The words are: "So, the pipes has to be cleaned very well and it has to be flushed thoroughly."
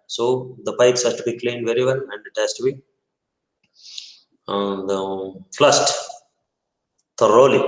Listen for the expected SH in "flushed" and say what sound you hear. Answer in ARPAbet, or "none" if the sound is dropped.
S